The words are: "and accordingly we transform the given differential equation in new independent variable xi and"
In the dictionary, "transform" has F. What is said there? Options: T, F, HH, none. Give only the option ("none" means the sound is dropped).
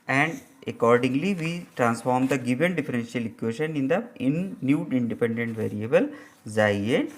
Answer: F